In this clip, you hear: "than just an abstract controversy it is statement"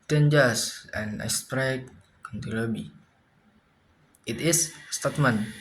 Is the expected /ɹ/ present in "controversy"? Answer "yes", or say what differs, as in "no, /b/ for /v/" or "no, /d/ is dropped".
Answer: no, /ɹ/ is dropped